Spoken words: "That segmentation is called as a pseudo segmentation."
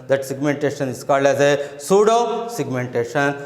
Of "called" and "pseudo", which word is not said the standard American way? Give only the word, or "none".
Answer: none